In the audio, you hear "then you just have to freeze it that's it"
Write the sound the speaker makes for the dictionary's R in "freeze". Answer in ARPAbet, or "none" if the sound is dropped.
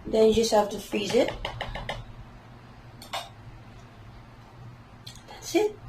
none